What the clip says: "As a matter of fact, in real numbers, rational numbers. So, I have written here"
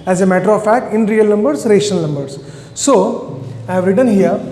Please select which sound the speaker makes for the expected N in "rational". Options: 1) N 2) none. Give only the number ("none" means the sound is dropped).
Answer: 2